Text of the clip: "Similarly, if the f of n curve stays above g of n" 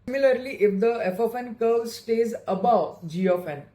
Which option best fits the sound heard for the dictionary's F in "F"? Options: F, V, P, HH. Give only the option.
F